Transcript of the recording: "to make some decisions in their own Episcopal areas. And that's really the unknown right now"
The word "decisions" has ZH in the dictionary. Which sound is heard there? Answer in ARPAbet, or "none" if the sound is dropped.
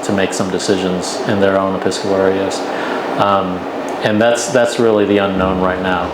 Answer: ZH